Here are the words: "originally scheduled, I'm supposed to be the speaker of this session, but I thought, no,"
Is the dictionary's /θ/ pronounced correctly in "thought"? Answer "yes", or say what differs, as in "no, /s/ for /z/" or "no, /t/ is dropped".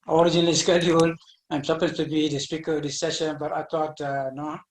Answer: no, /t/ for /θ/